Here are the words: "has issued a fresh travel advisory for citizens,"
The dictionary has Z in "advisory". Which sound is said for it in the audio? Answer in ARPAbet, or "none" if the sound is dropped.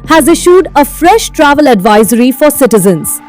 Z